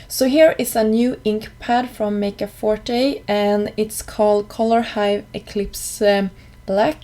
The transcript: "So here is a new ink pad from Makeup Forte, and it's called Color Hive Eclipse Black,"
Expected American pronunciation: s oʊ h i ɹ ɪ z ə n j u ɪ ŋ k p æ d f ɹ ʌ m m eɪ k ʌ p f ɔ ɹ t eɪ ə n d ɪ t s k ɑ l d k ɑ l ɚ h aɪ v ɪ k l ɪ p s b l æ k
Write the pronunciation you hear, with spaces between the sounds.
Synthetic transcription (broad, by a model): s oʊ h i ɹ ɪ s ə n j u ɪ ŋ k p æ d f ɹ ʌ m m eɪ k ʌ f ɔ ɹ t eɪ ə n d ɪ t s k ɑ l d k ɑ l ɚ h aɪ v ɪ k l ɪ p s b l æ k